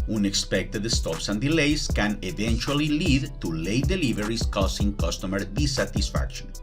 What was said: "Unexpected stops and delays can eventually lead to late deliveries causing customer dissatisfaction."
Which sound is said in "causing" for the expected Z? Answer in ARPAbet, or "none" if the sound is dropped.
S